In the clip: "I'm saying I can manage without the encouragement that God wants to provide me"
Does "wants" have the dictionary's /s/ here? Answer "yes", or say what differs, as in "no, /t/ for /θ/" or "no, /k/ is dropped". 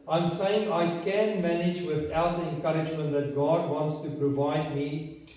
yes